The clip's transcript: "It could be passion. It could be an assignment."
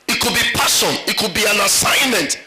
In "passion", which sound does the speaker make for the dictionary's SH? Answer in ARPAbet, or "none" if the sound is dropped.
S